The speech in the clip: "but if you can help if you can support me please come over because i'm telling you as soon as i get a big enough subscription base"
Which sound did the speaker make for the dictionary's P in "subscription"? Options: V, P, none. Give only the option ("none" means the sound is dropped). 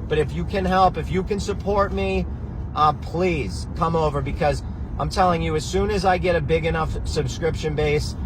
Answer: P